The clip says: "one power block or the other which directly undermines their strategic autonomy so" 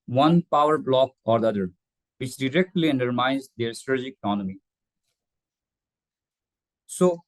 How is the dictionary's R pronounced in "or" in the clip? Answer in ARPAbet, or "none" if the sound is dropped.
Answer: R